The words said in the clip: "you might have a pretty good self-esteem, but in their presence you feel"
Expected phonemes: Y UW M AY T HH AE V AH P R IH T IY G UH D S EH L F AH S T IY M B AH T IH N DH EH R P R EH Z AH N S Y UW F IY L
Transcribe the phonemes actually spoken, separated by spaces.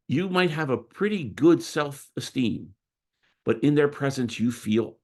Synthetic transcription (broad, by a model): Y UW M AY T HH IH V AH P R IH T IY G UH D S EH L F AH S T IY M B AH T IH N DH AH R P R EH Z AH N S Y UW F IY L